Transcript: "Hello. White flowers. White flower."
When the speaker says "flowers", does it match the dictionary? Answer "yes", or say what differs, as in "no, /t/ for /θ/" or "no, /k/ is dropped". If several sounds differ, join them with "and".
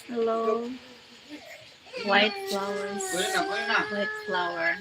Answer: no, /z/ is dropped